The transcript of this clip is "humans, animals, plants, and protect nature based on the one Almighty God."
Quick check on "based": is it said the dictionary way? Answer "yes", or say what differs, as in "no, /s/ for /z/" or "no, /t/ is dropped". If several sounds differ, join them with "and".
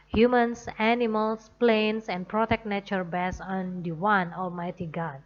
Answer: no, /t/ is dropped